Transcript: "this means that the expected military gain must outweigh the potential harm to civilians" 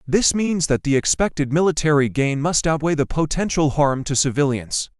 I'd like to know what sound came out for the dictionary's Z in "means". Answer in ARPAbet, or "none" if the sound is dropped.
Z